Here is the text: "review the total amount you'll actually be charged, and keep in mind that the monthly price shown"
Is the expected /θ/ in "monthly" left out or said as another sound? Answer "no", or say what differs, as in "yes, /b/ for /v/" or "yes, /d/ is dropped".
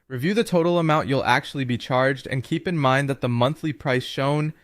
no